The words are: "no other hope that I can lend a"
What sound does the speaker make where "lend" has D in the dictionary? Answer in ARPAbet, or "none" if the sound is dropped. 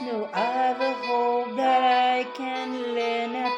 none